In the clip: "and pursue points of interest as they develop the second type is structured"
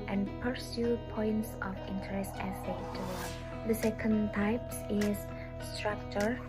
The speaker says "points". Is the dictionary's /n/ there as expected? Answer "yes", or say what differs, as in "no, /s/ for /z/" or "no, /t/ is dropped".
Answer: yes